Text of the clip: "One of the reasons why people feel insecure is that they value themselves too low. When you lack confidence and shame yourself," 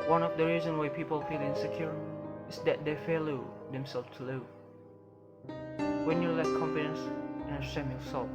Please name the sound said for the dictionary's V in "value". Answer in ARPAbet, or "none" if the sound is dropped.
F